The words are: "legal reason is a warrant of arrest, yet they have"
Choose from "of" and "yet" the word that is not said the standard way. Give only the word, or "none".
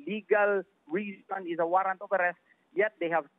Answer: of